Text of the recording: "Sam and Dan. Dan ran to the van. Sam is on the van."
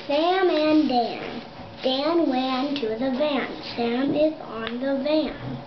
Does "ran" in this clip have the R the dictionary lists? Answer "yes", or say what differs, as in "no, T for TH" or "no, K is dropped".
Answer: no, W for R